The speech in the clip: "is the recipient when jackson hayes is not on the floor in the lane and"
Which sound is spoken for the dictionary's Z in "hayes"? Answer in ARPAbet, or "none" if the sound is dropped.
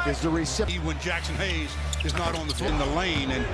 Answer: Z